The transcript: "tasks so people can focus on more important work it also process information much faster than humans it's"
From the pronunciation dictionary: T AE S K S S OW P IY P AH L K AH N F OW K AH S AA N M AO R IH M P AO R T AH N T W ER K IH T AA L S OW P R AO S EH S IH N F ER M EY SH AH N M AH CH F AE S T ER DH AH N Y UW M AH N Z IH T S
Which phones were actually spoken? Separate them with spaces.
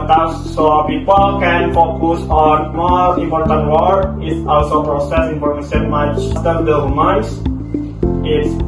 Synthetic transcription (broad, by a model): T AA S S S OW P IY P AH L K AH N F OW K AH S AA N M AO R IH M P AO R T AH N T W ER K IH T AA L S OW P R AO S EH S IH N P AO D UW S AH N M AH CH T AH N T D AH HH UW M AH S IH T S